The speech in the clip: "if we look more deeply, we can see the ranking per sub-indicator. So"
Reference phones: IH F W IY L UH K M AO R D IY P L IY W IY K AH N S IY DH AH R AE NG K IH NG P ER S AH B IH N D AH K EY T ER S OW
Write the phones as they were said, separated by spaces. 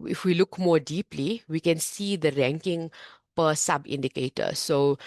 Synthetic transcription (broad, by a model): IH F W IY L UH K M AO R D IY P L IY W IY K AH N S IY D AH R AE NG K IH NG P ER S AH B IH N D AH K EY T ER S OW